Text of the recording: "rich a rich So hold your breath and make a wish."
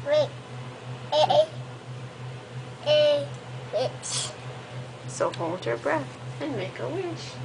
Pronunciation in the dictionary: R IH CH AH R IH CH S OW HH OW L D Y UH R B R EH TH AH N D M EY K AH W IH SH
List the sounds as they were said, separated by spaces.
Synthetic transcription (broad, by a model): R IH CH AH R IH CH S OW HH OW L D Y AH R B R EH TH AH N M EY K AH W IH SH